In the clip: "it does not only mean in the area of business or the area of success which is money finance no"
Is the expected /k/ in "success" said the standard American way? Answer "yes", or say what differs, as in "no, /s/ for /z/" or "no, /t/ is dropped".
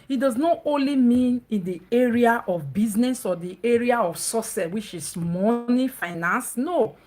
no, /k/ is dropped